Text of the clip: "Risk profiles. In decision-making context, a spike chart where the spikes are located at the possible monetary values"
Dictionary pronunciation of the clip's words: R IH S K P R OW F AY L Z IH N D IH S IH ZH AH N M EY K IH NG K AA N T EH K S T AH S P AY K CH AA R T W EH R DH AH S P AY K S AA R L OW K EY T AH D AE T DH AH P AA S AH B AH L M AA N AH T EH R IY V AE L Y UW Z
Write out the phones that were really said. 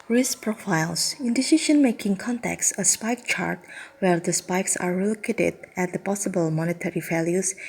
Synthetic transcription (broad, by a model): R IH S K P R OW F AY L S IH N D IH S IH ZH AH N M EY K IH NG K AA N T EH K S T AH S P AY K CH AA R T W EH R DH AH S P AY K S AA R L OW K EY T AH D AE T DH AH P AA S AH B AH L M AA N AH T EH R IY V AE L Y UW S